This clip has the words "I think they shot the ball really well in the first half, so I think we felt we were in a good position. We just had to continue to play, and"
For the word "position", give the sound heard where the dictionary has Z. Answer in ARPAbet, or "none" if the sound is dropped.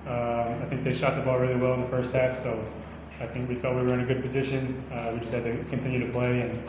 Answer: Z